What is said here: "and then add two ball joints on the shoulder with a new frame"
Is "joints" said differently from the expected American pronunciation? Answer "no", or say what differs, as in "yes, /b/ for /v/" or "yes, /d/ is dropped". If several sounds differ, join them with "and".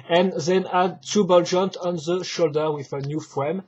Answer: yes, /s/ is dropped